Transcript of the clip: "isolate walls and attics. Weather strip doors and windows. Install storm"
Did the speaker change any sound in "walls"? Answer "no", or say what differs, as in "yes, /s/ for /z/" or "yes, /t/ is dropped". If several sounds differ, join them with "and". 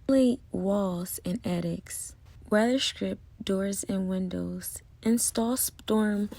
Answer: no